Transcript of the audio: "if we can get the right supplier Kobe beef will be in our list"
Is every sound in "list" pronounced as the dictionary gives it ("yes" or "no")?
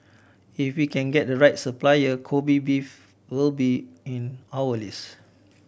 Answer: no